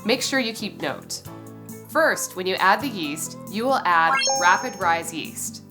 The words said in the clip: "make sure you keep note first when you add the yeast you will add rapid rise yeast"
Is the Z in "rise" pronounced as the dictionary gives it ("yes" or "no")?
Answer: yes